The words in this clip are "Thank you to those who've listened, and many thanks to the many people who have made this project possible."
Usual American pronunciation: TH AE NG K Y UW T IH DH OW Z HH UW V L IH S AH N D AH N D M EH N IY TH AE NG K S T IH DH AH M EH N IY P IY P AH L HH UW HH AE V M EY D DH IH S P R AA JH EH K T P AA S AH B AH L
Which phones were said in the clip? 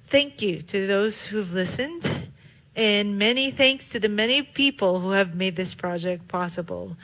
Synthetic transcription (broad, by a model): TH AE NG K Y UW T IH DH OW Z HH UW V L IH S AH N D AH N M EH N IY TH AE NG K S T IH DH AH M EH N IY P IY P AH L HH UW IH V M EY D DH IH S P R AA JH EH K T P AA S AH B L